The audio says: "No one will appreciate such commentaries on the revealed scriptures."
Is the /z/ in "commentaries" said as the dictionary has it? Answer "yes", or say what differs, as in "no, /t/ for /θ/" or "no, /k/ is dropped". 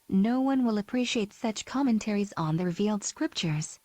yes